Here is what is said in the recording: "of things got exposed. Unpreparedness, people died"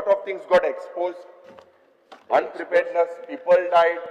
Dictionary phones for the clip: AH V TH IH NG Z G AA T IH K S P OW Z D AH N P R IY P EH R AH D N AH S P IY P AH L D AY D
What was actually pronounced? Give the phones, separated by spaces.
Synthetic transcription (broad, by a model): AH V T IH NG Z G AA T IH K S P OW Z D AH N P R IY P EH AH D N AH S P IY P AH L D AY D